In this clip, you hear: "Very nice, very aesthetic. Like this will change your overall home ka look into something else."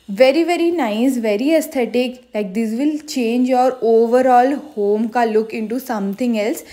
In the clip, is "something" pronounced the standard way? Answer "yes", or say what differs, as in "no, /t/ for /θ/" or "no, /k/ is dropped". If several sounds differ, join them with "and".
no, /t/ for /θ/